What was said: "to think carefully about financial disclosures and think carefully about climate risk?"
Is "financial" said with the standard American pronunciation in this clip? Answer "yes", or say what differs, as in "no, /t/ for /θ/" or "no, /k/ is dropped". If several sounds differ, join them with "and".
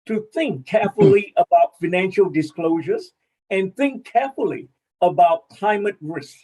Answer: yes